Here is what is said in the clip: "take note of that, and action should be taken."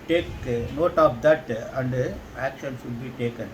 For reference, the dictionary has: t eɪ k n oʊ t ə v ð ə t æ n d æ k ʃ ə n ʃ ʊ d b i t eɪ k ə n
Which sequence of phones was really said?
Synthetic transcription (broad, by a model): t eɪ k n oʊ t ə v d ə t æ n d æ k ʃ ə n s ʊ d b i t eɪ k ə n